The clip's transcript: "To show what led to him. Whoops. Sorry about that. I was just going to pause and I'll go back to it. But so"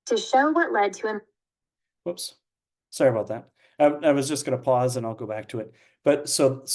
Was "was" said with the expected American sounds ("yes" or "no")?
yes